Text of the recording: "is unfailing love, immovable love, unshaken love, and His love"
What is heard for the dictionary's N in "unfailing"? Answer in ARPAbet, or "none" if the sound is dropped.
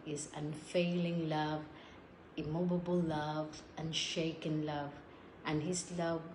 N